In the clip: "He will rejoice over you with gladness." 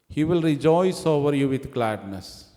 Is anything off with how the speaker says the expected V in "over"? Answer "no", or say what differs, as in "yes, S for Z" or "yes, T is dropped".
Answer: no